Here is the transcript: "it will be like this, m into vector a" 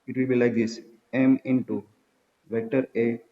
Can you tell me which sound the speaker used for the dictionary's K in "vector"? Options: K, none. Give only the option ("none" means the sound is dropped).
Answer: none